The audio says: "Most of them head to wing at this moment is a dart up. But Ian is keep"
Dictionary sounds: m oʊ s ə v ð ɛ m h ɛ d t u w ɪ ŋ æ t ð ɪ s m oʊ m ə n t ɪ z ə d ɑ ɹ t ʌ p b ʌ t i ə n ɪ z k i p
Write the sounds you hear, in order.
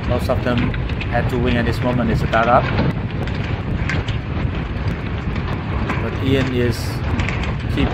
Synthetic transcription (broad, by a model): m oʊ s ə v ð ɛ m h ɛ d t u w ɪ ŋ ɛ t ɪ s m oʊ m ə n ɪ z ə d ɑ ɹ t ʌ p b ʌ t i ə n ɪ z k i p